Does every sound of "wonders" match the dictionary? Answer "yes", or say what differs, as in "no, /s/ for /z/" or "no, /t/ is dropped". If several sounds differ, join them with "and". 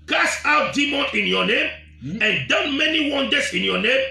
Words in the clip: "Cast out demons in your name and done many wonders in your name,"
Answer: no, /s/ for /z/